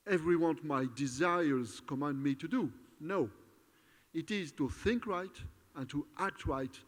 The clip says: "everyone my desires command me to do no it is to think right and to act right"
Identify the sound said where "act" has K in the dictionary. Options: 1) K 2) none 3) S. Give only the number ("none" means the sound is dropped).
1